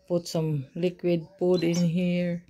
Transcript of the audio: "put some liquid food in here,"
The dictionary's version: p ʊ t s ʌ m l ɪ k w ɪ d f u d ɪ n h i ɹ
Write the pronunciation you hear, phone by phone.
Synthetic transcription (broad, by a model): p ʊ t s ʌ m l ɪ k w ɪ d p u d ɪ n h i ɹ